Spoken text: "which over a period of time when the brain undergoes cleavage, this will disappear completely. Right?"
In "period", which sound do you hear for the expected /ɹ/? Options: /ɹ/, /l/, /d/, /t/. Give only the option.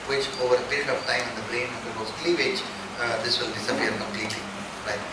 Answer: /ɹ/